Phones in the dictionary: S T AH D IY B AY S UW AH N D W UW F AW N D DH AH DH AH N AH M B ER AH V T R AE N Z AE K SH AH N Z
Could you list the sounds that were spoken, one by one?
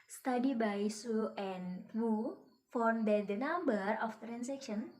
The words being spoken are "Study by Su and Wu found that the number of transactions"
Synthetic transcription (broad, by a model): S T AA D IY B AY S UW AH N W UW F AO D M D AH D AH N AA M B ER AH F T R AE N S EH K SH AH N